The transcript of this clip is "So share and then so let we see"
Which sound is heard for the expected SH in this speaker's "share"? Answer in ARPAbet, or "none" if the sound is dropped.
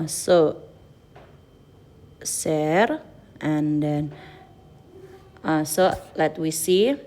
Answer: S